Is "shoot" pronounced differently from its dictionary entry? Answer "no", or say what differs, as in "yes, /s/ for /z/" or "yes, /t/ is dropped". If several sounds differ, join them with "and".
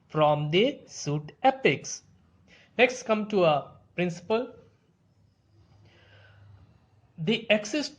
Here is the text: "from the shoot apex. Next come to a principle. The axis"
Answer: yes, /s/ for /ʃ/